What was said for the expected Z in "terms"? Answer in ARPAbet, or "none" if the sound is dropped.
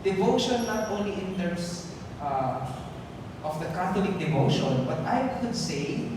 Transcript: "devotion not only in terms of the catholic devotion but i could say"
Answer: S